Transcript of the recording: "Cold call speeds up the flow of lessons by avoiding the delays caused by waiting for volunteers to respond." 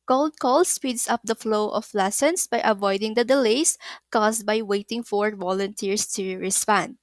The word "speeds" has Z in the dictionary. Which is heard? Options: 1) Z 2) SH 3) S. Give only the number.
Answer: 3